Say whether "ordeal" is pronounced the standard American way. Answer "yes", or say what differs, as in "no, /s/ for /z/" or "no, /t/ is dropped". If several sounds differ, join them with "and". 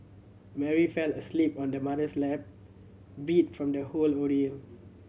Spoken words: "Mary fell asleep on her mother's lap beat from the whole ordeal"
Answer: no, /n/ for /l/